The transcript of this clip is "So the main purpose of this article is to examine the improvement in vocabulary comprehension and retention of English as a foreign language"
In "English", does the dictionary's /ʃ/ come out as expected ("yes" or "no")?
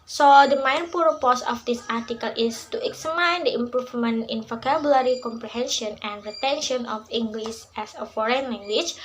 no